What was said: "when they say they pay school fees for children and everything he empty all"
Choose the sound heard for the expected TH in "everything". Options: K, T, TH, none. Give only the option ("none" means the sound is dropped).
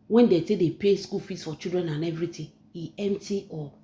T